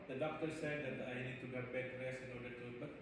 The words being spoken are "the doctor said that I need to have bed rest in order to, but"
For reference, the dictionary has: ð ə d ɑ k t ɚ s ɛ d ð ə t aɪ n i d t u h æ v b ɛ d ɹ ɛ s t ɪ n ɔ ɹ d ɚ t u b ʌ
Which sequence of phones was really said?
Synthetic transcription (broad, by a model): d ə d ɑ k t ɚ s ɛ d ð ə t aɪ n i d t u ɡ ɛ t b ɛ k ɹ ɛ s ɪ n ɔ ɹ d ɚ t u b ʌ